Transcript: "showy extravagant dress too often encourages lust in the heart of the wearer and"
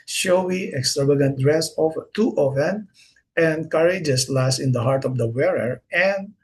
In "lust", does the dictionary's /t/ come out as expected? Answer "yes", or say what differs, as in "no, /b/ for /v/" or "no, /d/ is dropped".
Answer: no, /t/ is dropped